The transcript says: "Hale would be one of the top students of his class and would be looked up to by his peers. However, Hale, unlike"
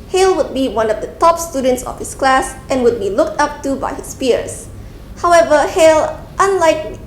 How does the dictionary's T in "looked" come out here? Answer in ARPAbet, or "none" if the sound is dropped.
T